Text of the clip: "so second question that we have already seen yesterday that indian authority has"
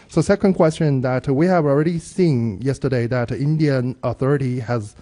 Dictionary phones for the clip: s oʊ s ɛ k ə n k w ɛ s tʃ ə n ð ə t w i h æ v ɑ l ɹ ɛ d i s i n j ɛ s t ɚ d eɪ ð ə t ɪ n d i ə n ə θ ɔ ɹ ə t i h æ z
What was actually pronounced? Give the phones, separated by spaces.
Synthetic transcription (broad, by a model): s oʊ s ɛ k ə n k w ɛ s tʃ ə n ð ə t w i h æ v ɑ l ɹ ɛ d i s i n j ɛ s t ɚ d eɪ ð ə t ɪ n d i ə n ə θ ɔ ɹ ə t i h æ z